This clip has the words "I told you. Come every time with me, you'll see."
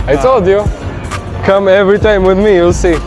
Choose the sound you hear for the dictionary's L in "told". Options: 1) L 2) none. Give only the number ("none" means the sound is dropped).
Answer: 2